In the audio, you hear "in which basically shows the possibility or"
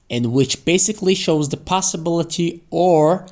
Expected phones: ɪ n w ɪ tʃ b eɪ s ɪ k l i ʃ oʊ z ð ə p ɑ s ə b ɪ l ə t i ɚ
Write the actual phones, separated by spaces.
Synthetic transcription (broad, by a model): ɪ n w ɪ tʃ b eɪ s ɪ k l i ʃ oʊ z ð ə p ɑ s ə b ɪ l ə t i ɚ